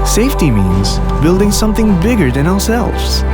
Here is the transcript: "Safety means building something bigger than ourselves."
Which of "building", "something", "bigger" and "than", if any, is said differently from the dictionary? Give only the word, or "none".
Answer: none